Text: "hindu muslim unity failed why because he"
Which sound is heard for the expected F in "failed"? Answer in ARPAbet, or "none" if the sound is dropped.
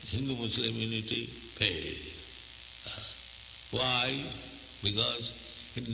P